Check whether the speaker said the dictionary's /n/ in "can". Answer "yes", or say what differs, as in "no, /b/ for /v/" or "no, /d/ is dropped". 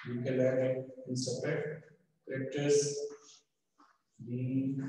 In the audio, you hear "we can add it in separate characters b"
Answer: no, /l/ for /n/